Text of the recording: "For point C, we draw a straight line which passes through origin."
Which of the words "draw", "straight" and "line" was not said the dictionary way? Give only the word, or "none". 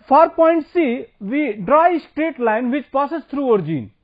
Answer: none